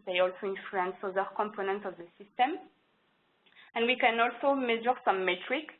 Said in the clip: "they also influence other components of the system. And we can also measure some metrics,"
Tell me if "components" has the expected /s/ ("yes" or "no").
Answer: no